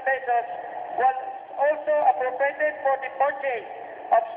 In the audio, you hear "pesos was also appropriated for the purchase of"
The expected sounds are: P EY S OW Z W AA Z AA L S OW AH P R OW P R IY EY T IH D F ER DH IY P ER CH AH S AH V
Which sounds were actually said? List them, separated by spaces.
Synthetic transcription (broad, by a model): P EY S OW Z W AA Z AA L S OW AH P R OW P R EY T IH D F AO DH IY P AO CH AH AH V